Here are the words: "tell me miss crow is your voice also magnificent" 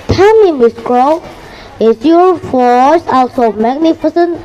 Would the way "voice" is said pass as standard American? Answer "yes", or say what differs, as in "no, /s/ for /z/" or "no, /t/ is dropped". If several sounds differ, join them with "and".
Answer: no, /f/ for /v/